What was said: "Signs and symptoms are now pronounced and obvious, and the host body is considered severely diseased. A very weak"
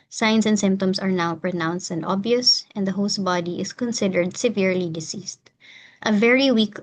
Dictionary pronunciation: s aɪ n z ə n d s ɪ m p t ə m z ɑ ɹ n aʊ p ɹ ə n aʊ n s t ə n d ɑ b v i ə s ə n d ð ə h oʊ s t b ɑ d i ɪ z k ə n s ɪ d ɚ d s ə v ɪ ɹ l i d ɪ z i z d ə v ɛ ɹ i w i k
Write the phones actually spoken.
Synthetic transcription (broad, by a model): s aɪ n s ə n d s ɪ m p t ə m s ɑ ɹ n aʊ p ɹ ə n aʊ n s t ə n d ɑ b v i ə s ə n d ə h oʊ s t b ɑ d i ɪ s k ə n s ɪ d ɚ d s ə v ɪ ɹ l i d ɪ s i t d ə v ɛ ɹ i w i k